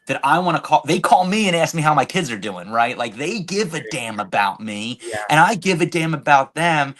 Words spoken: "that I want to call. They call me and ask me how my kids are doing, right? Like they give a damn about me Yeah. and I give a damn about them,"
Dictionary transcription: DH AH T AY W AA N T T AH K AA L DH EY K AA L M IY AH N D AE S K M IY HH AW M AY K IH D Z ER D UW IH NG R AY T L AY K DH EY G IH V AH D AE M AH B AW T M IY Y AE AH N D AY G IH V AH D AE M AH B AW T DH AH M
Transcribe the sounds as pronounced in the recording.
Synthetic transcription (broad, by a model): DH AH T AY W AA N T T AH K AA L DH EY K AA L M IY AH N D AE S K M IY HH AW M AY K IH D Z ER D UW IH NG R AY T L AY K DH EY G IH V AH D AE M AH B AW T M IY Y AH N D AY G IH V AH D AE M AH B AW T DH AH M